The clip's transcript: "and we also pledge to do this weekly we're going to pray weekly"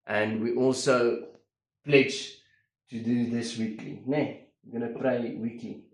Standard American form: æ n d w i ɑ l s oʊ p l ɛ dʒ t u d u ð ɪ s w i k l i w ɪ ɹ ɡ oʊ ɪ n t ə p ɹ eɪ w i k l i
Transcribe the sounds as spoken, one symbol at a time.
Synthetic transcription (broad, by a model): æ n d w i ɑ l s oʊ p l ɛ dʒ t u d u ð ɪ s w i k l i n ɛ w ɡ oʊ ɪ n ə p ɹ eɪ w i k i